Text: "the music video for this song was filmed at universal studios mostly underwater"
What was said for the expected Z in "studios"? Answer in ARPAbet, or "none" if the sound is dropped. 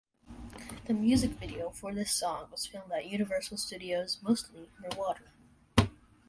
Z